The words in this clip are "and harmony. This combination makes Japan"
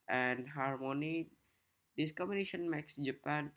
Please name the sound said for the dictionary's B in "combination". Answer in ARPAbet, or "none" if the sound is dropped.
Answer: none